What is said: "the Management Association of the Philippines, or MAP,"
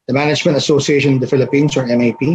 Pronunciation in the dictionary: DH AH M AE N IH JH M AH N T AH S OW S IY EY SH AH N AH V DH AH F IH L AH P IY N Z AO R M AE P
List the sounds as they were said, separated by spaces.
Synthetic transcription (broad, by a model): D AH M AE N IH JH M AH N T AH S OW S IY EY SH AH N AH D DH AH F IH L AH P IY N S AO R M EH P